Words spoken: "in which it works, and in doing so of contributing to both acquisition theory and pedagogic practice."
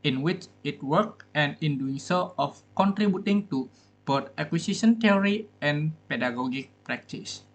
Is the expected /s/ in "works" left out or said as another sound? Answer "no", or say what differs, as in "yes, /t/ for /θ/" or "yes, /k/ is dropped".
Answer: yes, /s/ is dropped